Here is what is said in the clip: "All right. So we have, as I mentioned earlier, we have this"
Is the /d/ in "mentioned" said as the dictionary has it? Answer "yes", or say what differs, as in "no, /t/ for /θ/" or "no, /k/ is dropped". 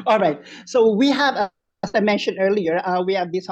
no, /d/ is dropped